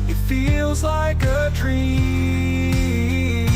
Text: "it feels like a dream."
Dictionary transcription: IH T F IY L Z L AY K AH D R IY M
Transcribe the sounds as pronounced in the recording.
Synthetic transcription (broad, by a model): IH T F IY L Z L AY K AH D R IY